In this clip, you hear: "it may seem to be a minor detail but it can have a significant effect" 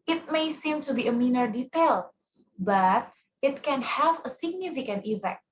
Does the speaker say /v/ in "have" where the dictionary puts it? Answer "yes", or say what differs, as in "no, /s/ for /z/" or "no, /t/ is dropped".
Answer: yes